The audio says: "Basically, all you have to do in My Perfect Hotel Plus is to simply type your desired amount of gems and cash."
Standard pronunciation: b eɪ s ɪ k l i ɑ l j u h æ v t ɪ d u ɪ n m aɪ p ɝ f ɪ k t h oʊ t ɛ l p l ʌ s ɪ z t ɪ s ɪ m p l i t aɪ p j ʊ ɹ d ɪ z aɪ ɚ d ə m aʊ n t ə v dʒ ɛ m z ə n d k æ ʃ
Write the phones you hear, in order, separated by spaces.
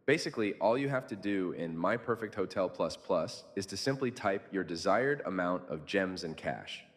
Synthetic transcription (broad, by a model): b eɪ s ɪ k l i ɑ l j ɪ h æ f t ɪ d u ɪ n m aɪ p ɝ f ɪ k t h oʊ t ɛ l p l ʌ s ɪ z t ɪ s ɪ m p l i t aɪ p j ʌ ɹ d ɪ z aɪ ɚ d ə m aʊ n t ə v dʒ ɛ m z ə n k æ ʃ